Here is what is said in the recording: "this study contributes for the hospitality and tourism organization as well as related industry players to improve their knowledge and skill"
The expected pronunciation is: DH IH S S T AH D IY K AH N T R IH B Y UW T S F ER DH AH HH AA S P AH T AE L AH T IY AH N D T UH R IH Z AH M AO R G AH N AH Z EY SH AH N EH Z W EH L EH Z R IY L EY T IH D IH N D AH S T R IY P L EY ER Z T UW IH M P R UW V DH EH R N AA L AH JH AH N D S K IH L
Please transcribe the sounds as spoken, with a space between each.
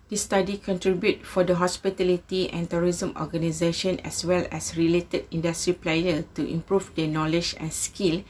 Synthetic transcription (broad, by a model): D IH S S T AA D IY K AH N T R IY B Y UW T F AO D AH HH AA S P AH T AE L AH T IY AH N T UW R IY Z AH M AO G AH N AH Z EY SH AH N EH S W EH L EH S R IY L EY T IH D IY N D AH S T R IY P L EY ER T UW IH M P R UW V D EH N AA L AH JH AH N S K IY L